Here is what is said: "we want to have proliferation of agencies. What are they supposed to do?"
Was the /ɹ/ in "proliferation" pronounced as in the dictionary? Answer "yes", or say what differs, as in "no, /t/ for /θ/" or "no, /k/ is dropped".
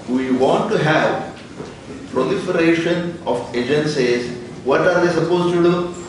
yes